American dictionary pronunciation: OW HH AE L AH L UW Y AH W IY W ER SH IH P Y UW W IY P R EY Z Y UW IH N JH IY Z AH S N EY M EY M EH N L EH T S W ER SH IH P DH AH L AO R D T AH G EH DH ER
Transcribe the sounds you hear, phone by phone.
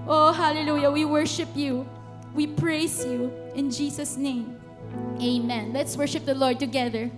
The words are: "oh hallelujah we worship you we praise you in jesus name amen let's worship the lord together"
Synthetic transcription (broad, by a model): OW HH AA L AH L UW Y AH W IY W ER SH IH P Y UW W IY P R EY S Y UW IH N JH IY S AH S N EY M EY M EH N L EH T S W ER SH IH P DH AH L AO R D T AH G EH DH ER